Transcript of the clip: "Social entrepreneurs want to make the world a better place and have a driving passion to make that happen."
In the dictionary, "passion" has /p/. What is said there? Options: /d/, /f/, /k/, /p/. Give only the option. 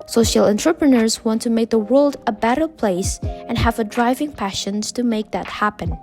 /p/